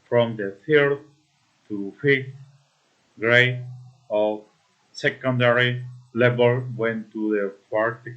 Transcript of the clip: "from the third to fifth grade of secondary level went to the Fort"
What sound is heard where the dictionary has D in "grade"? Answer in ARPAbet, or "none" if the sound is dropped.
none